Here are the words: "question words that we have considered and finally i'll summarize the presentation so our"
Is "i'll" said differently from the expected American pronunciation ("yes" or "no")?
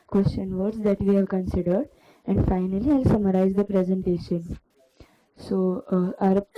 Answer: no